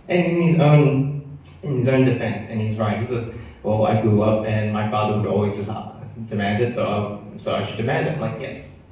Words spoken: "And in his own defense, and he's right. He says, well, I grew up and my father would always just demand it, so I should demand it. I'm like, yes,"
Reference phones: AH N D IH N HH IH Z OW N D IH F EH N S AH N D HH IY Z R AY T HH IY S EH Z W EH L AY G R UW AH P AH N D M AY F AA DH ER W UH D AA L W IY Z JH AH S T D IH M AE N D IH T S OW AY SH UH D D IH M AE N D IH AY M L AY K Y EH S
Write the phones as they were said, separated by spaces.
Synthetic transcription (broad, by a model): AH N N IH N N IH Z OW N D IH F EH N S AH N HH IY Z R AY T HH IY S EH Z W EH L AY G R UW AH P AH N M AY F AA DH ER W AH D AA L W IY Z JH AH S T D IH M AE N D IH T S OW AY S UH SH D IH M AE N D IH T L AY K Y EH S